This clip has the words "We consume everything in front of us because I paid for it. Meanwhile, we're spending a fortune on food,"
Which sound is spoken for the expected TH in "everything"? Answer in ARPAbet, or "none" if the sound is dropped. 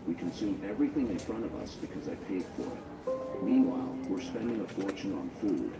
TH